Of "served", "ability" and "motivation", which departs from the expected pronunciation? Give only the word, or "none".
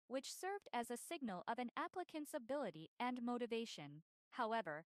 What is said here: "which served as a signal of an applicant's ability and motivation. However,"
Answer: none